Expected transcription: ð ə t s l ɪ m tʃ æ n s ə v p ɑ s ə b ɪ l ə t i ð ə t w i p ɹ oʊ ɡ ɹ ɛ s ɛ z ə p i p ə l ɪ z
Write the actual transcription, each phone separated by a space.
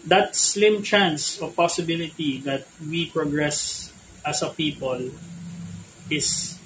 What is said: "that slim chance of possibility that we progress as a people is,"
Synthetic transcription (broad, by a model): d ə t s l ɪ m tʃ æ n s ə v p ɑ s ə b ɪ l ə t i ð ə t w i p ɹ oʊ ɡ ɹ ɛ s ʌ s ə p i p ə l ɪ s